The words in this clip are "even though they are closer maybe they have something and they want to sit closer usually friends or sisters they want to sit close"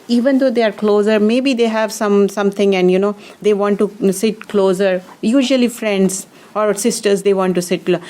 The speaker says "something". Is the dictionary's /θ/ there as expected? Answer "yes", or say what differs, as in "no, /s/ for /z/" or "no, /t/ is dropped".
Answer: no, /s/ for /θ/